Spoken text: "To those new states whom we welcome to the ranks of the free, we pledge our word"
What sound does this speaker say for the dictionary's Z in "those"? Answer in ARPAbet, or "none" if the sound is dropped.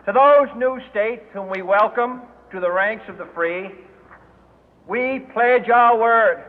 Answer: Z